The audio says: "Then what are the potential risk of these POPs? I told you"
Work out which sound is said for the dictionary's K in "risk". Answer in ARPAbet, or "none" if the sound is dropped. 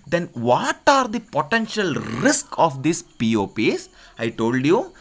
K